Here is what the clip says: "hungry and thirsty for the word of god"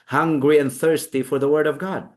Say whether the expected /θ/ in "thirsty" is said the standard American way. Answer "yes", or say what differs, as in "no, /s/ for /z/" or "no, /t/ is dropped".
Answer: yes